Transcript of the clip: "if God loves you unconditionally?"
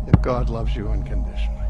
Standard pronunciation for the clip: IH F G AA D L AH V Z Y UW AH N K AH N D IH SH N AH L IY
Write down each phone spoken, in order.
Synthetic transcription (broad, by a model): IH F G AA D L AH V Z Y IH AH N K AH N D IH SH N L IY